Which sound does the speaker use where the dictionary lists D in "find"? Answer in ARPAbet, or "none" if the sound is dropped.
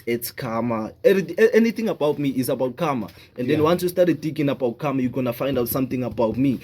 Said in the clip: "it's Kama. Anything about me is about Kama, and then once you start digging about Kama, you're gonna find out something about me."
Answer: D